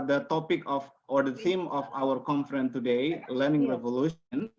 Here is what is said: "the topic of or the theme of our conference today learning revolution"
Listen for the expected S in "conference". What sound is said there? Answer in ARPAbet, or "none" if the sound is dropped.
none